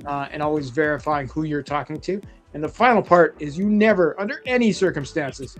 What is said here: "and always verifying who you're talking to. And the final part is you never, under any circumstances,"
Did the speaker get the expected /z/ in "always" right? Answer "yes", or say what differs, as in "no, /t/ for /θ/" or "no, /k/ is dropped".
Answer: yes